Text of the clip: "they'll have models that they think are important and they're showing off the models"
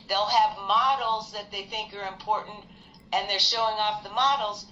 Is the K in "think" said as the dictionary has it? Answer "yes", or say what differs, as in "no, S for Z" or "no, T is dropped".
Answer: yes